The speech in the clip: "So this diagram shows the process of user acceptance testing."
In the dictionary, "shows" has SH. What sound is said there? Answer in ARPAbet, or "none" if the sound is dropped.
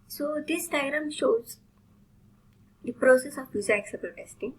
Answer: SH